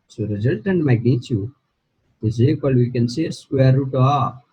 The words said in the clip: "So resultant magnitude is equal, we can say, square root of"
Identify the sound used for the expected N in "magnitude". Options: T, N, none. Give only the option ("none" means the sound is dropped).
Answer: none